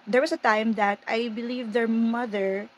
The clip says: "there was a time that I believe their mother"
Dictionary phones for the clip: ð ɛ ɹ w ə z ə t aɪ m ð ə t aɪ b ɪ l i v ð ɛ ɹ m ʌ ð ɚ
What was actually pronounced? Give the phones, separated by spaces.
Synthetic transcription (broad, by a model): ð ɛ ɹ w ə s ə t aɪ m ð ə t aɪ b ɪ l i v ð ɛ ɹ m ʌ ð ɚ